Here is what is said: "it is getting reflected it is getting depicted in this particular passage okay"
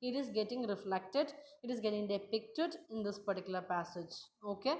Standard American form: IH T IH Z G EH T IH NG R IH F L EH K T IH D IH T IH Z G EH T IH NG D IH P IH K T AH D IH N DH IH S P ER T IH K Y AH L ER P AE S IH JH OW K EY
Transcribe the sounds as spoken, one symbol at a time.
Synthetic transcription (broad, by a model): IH T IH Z G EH T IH NG R IH F L EH K T IH D IH T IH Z G EH T IH NG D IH P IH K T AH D IH N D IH S P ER T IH K Y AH L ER P AE S IH JH OW K EY